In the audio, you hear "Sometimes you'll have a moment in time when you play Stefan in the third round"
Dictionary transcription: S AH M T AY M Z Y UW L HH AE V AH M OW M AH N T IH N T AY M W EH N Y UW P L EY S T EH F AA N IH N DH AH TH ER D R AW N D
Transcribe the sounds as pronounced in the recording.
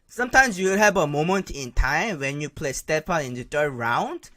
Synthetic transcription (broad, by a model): S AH M T AY M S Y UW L HH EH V AH M OW M AH N T IH N T AY M W EH N Y UW P L EY S T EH P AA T IH N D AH T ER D R AW N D